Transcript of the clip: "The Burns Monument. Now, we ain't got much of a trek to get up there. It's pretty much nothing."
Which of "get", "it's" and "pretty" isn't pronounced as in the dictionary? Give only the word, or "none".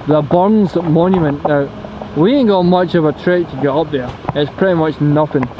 get